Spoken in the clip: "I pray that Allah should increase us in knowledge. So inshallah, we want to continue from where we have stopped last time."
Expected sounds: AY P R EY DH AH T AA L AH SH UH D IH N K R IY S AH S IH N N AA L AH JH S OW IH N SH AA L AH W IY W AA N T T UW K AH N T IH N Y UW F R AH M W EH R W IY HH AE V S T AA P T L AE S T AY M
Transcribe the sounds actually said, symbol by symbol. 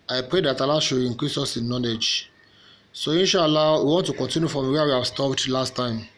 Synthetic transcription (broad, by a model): AY P R EY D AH T AA L AH SH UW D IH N K R IY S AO S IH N N AA L AH JH S OW IH N SH AA L AH W IY W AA N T T UW K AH N T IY N Y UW F R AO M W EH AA W IY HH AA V S T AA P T L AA S T AY M